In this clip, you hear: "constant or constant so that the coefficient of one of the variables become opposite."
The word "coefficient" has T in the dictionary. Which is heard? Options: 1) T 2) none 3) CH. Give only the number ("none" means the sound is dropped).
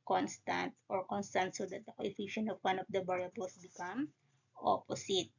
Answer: 2